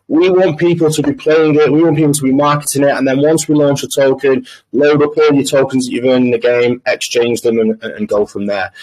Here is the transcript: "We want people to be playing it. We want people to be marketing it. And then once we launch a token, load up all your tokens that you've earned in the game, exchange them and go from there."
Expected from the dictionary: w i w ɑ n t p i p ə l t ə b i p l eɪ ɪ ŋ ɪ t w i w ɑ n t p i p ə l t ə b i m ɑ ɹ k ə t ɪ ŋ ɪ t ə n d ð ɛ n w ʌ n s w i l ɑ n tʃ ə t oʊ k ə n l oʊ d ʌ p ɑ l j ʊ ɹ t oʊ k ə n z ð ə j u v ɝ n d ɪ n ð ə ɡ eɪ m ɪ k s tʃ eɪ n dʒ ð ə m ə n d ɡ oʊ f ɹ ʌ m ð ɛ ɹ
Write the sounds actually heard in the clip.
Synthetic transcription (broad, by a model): w i w ɑ n p i p ə l t ə b i p l eɪ ɪ ŋ ɪ t w i w ɑ n p i p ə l t ə b i m ɑ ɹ k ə t ɪ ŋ ɪ t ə n ð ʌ n w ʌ n s w i l ɑ n tʃ ə t oʊ k ə n l oʊ d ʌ p ɑ l j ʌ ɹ t oʊ k ə n z ð ə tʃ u v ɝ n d ɪ n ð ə ɡ eɪ m ɪ k s tʃ eɪ n dʒ ð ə m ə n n ɡ oʊ f ɹ ʌ m ð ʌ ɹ